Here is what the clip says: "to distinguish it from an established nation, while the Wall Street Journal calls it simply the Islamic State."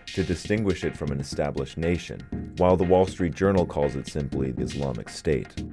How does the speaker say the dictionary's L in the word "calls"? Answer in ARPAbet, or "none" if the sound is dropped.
L